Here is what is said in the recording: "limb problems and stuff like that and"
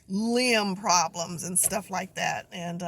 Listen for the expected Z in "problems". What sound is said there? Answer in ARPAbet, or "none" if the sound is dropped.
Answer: Z